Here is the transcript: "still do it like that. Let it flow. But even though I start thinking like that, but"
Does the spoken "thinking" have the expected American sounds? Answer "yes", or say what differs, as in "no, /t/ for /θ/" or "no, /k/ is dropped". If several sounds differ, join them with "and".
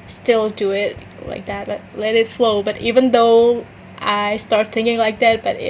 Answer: yes